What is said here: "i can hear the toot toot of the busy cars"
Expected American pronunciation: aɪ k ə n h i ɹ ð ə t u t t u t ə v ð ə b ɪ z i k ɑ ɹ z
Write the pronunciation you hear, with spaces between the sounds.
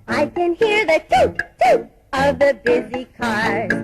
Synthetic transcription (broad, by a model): aɪ k ə n h i ɹ ð ə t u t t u ə v ð ə b ɪ z i k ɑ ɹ